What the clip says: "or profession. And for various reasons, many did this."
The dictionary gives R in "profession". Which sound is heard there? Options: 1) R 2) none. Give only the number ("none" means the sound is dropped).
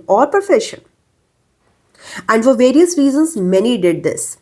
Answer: 2